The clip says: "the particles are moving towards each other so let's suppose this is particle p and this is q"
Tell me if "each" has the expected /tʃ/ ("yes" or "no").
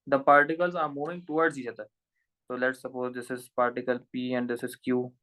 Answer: no